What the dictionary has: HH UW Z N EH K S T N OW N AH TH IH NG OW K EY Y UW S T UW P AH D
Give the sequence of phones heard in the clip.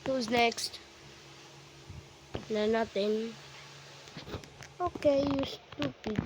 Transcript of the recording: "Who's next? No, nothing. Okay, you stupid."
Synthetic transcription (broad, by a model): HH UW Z N EH K S T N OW N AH T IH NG OW K EY Y UW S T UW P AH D